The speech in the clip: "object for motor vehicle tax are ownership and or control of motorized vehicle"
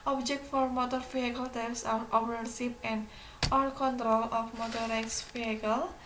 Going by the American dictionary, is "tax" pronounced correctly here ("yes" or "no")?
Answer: no